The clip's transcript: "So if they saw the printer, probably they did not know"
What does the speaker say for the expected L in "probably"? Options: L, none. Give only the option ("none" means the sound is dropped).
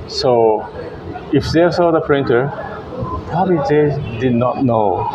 none